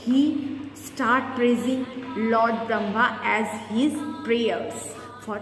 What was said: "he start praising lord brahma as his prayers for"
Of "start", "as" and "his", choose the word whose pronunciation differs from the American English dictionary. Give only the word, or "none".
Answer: none